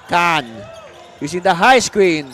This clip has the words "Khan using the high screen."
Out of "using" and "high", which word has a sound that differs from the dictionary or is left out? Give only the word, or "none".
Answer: using